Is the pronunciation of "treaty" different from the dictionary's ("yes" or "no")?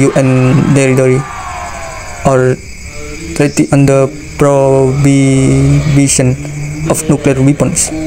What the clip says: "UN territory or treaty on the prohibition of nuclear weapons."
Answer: yes